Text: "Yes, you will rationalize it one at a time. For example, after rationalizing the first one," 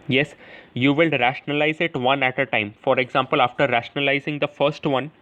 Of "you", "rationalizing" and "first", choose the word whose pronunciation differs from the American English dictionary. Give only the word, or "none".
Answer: none